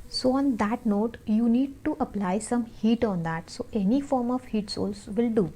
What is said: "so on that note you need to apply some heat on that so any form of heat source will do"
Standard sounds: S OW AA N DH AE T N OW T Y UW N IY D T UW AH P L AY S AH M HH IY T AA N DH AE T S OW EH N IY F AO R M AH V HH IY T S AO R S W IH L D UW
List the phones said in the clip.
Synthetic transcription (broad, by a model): S OW AA N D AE T N OW T Y UW N IY D T UW AH P L AY S AH M HH IY T AA N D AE T S OW EH N IY F AO R M AH V HH IY T S AO L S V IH L D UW